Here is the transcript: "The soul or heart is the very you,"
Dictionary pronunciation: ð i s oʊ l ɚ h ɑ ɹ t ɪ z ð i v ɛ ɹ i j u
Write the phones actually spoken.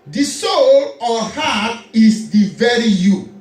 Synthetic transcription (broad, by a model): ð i s oʊ l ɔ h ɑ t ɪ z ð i v ɛ ɹ i j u